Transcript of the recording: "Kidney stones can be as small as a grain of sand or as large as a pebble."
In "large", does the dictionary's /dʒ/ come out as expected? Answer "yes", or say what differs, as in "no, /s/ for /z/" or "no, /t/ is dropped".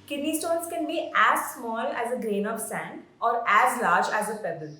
yes